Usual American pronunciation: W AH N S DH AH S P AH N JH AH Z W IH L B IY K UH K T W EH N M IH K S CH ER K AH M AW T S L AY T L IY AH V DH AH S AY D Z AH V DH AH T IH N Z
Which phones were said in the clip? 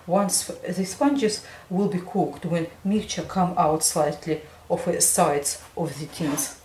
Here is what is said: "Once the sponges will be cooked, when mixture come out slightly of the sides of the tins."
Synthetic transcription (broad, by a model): W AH N S DH AH S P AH N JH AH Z W IH L B IY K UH K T W EH N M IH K CH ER K AH M AW T S L AY T L IY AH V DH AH S AY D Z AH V DH AH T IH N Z